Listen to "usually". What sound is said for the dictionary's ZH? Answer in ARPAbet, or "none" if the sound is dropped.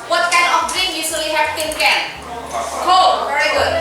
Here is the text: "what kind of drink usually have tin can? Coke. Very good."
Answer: S